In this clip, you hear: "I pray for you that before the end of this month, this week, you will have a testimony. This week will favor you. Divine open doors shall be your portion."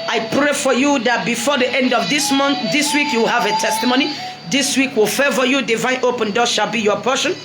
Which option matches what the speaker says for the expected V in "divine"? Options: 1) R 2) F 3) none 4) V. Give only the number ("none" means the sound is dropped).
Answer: 4